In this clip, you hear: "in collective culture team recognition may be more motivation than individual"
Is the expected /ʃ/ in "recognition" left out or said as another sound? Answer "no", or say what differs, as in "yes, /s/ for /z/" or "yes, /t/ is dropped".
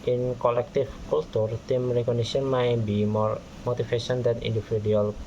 yes, /s/ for /ʃ/